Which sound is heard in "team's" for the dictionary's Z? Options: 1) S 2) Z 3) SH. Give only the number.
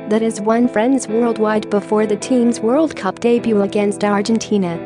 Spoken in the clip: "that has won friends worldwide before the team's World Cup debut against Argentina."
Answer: 2